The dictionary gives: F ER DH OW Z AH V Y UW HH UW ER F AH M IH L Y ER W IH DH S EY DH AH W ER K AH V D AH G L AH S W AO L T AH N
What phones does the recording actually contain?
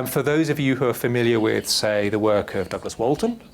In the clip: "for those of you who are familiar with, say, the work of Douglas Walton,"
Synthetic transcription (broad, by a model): F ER DH OW Z AH V Y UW HH UW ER F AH M IH L Y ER W IH DH S EY DH AH W ER K AH V D AH G L AH S W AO L T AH N